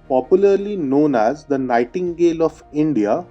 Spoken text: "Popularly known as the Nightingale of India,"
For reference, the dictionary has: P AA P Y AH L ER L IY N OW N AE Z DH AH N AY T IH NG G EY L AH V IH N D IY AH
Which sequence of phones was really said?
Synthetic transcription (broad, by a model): P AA P Y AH L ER L IY N OW N AE Z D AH N AY T IH NG G EY L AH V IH N D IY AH